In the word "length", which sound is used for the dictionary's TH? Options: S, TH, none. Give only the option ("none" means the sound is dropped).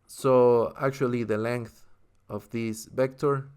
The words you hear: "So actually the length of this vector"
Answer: TH